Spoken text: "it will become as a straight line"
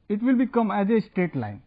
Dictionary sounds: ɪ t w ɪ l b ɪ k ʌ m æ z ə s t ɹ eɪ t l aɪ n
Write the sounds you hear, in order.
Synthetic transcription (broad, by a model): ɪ t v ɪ l b ɪ k ʌ m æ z ə s t eɪ t l aɪ n